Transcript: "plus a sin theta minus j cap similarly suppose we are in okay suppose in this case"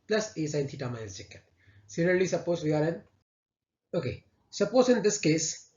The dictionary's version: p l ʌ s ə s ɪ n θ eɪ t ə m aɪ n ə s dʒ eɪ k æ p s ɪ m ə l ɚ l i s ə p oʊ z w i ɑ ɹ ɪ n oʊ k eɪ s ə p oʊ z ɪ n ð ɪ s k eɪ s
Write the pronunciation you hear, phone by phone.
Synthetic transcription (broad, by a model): p l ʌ s ə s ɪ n t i t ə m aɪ ə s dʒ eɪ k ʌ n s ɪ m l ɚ l i s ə p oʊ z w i ɑ ɹ ɪ n oʊ k eɪ s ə p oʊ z ɪ n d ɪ s k eɪ s